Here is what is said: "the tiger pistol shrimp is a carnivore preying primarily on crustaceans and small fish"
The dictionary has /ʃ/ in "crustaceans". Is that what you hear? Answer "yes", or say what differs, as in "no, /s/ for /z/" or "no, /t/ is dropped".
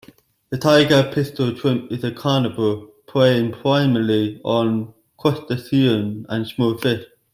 no, /s/ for /ʃ/